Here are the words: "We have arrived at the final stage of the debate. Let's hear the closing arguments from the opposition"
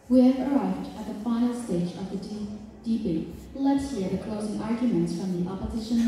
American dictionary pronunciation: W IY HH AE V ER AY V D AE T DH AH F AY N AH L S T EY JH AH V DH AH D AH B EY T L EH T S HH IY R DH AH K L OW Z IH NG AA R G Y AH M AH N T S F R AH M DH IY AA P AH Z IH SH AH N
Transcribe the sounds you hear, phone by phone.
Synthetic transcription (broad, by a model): W IY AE V ER AY V D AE T DH AH F AY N L S T EY JH AH V DH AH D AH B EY L EH T S HH IY R DH AH K L OW Z IH NG AA R G Y AH M AH N T S F R AH M DH IY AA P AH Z IH SH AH N